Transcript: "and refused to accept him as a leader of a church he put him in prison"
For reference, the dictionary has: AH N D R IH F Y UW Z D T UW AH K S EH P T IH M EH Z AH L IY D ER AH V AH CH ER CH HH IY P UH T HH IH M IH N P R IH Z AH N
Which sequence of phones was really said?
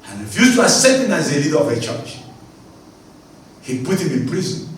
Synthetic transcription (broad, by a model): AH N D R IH F Y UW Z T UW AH S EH T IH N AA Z AH L IY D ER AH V AH CH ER CH HH IY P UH T HH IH M IH N P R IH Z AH N